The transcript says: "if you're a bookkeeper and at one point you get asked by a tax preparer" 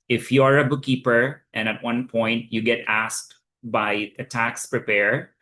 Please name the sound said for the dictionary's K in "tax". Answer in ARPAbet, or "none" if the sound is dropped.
K